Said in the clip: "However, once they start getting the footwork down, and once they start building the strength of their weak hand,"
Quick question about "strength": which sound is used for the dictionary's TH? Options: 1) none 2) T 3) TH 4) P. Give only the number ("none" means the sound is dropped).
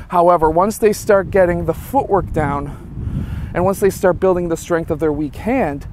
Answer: 3